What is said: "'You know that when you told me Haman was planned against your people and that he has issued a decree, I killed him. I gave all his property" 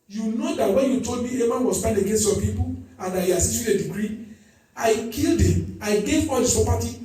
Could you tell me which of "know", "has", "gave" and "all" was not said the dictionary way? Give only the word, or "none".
has